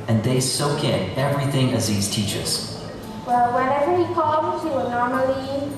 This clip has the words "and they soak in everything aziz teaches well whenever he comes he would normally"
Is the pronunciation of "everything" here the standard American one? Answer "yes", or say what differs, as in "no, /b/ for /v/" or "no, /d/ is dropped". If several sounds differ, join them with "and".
yes